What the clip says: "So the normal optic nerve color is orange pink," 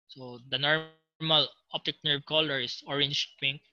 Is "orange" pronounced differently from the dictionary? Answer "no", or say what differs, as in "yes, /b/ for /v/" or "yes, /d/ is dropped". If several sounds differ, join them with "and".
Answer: yes, /ʃ/ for /dʒ/